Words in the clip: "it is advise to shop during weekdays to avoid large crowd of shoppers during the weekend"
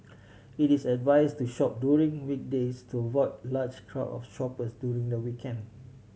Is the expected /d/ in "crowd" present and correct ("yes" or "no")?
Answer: no